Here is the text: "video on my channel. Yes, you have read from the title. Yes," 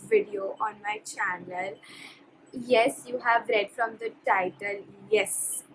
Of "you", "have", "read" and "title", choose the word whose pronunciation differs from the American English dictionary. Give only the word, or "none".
none